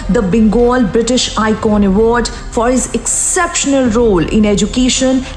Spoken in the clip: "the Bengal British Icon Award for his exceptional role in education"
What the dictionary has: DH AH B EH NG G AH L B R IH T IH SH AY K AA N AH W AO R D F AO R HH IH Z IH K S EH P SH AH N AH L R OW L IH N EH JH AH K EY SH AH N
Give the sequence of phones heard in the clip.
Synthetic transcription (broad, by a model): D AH B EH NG G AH L B R IH T IH SH AY K AA N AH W AO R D F AO R HH IH Z IH K S EH P SH AH N AH L R OW L IH N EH JH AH K EY SH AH N